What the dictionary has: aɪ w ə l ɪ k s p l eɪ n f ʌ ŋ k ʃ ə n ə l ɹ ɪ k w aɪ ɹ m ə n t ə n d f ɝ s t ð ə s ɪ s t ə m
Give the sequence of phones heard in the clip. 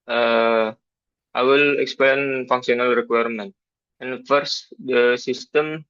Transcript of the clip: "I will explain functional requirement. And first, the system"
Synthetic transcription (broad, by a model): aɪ w ə l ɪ k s p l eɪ n f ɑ ŋ k s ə n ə l ɹ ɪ k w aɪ ɹ m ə n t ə n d f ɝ s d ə s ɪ s t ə m